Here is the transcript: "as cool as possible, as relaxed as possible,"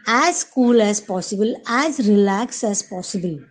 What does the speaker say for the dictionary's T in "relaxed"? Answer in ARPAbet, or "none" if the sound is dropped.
none